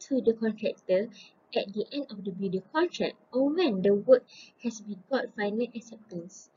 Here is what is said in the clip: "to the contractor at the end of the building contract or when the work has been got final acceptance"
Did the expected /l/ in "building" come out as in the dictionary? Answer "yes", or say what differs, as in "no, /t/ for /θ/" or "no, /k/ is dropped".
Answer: no, /l/ is dropped